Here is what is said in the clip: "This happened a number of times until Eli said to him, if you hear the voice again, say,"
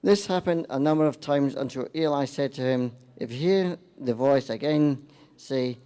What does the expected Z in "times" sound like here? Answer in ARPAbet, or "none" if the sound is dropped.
Z